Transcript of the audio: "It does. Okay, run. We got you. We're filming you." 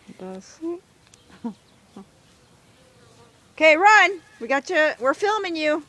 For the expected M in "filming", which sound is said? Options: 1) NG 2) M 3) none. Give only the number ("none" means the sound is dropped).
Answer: 2